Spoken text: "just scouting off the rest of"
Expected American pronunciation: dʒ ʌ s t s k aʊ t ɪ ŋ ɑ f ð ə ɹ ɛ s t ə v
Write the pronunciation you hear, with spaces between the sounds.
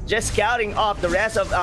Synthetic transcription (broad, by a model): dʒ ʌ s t s k aʊ t ɪ ŋ ɑ f ð ə ɹ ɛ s ə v